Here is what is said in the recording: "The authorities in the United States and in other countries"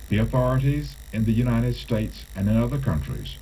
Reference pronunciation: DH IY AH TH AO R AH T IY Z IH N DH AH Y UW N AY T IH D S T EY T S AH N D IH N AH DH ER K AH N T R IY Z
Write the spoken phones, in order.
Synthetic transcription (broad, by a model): DH IY AH TH AO R AH T IY Z IH N DH AH Y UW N AY T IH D S T EY T S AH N IH N AH DH ER K AH N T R IY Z